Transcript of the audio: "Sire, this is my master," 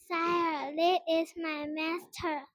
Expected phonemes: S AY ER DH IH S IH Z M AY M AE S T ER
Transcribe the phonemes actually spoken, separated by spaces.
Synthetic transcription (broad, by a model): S AY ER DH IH IH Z M AY M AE S T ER